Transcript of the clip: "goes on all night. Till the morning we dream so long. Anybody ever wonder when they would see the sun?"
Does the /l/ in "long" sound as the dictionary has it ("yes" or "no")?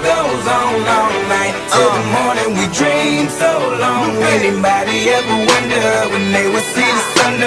yes